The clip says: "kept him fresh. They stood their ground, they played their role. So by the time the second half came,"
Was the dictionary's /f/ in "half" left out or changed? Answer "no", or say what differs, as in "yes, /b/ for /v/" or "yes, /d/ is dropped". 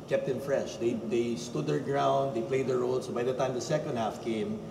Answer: no